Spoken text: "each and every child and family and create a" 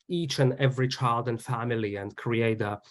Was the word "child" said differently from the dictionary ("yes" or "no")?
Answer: no